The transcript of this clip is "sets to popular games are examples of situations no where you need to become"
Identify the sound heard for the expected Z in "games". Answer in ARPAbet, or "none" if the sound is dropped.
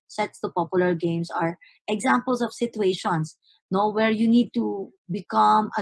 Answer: S